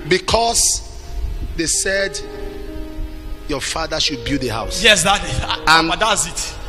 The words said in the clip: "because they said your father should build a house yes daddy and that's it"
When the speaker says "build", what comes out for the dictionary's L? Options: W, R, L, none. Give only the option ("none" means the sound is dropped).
none